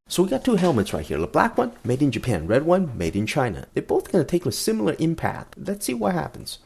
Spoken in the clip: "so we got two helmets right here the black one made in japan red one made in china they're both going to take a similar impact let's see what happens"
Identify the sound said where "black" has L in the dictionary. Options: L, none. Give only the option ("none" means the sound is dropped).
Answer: L